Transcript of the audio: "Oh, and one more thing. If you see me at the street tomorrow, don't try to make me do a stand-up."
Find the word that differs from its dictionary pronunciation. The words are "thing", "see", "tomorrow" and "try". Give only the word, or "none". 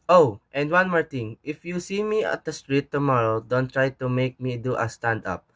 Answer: thing